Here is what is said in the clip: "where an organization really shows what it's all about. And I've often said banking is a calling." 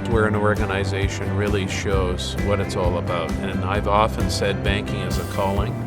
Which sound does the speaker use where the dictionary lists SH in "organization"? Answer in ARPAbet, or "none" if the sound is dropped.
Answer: SH